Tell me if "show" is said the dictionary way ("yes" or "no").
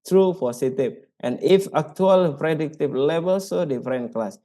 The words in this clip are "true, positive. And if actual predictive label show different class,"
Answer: no